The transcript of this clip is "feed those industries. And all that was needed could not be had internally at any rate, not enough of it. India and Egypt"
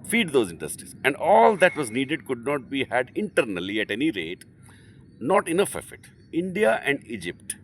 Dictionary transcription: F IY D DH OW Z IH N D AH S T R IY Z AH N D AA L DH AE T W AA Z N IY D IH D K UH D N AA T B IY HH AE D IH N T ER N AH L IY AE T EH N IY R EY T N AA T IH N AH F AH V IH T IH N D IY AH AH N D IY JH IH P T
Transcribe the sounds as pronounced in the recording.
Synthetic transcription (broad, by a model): F IY D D OW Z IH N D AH S T IY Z AH N D AA L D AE T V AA Z N IY D IH D K UH D N AA T B IY HH AE D IH N T ER N AH L IY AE T EH N IY R EY T N AA T IH N AH F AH F IH T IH N D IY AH AH N D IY JH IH P T